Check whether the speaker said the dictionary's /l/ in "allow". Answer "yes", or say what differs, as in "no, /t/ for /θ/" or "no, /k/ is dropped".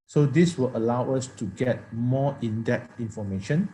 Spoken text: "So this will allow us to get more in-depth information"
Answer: yes